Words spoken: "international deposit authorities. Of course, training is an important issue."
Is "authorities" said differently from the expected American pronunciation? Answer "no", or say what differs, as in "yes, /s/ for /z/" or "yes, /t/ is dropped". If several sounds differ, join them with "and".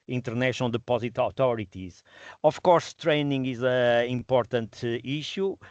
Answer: yes, /t/ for /θ/